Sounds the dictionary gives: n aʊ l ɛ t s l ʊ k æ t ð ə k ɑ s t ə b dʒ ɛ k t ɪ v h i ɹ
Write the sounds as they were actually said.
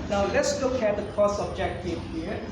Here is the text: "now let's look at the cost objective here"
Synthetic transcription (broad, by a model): n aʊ l ɛ t s l ʊ k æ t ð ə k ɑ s ə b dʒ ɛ k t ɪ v h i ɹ